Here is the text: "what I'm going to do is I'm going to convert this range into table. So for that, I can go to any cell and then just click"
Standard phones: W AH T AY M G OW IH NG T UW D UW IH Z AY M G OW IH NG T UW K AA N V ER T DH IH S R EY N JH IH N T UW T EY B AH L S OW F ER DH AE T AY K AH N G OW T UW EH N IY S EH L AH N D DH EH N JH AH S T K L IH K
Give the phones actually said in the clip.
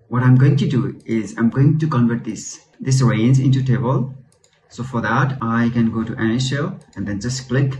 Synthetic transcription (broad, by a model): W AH T AY M G OW IH NG T UW D UW IH Z AY M G OW IH NG T UW K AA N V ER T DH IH S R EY N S IH N T UW T EY B AH L S OW F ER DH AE T AY K AH N G OW T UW EH N IY SH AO AH N D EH N JH AH S T K L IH K